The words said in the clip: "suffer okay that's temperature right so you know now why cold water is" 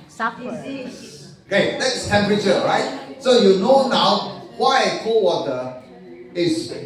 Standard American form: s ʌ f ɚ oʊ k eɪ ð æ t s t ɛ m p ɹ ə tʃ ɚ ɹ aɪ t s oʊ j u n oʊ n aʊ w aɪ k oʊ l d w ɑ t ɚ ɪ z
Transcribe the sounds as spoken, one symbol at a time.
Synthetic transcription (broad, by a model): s oʊ k eɪ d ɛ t s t ɛ m p ɹ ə tʃ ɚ ɹ aɪ t s oʊ j u n oʊ n aʊ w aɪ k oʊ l w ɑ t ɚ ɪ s